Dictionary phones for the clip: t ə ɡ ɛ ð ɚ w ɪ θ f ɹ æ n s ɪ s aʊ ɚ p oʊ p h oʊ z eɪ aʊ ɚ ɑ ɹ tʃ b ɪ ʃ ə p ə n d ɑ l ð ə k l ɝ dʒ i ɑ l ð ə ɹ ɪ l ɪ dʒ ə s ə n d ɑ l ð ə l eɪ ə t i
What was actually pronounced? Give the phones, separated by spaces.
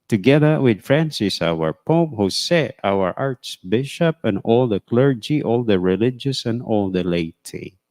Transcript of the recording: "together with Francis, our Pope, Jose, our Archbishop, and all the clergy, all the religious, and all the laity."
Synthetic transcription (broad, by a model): t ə ɡ ɛ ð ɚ w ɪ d f ɹ æ n s ɪ s aʊ ɚ p oʊ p h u s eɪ aʊ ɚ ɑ ɹ s b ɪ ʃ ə p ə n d ɑ l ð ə k l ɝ dʒ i ɑ l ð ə ɹ ɪ l ɪ dʒ ə s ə n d ɑ l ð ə l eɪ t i